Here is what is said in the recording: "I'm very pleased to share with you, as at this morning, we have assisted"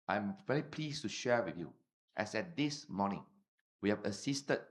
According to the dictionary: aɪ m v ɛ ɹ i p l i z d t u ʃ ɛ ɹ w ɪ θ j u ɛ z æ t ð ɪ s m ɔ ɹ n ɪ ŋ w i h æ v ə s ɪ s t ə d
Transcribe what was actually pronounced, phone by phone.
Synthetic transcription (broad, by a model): aɪ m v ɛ l i p l i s t u ʃ ɛ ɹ w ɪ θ j u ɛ s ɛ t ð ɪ s m ɔ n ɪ ŋ w i h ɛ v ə s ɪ s t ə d